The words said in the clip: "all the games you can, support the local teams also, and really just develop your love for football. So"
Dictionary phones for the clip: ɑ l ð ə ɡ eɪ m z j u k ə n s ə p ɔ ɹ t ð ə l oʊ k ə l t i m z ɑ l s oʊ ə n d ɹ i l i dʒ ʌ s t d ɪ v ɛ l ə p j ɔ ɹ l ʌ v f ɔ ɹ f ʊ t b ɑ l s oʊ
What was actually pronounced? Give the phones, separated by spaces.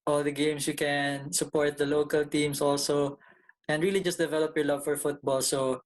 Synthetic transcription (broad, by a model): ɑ l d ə ɡ eɪ m s j u k ə n s ə p ɔ ɹ t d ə l oʊ k ə l t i m s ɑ l s oʊ ə n d ɹ i l i dʒ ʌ s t d ɪ v ɛ l ə p j ɔ ɹ l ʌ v f ɔ ɹ f ʊ t b ɑ l s oʊ